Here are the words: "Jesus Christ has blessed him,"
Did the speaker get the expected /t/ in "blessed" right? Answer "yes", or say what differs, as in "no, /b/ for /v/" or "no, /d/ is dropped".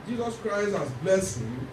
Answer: no, /t/ is dropped